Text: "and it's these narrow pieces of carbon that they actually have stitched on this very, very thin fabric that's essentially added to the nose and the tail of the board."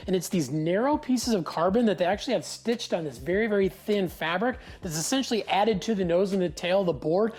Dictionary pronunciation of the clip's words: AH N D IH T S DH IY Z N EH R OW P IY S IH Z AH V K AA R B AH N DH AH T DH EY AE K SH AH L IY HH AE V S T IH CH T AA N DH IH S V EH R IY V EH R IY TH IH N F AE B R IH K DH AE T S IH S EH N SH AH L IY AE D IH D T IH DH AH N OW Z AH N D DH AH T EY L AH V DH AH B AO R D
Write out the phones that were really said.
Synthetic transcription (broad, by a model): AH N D IH T S DH IY Z N EH R OW P IY S IH Z AH V K AA R B AH N DH AH T DH EY AE K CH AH L IY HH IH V S T IH CH T N DH IH S V EH R IY V EH R IY TH IH N F AE B R IH K DH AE T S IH S EH N SH L IY AE D IH D T IH DH AH N OW Z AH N DH AH T EY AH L DH AH B AO R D